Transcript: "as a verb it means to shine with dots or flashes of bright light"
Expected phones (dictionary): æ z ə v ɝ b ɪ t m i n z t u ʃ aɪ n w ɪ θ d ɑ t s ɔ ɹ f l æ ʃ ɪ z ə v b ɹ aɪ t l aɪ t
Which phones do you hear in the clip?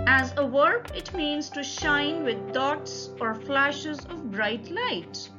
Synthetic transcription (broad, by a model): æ z ə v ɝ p ɪ t m i n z t u ʃ aɪ n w ɪ d ɑ t s ɔ ɹ f l æ ʃ ɪ z ə v b ɹ aɪ t l aɪ t